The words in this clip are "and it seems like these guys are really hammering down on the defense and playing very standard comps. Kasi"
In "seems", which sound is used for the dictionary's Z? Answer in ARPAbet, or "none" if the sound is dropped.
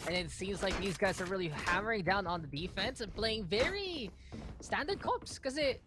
Z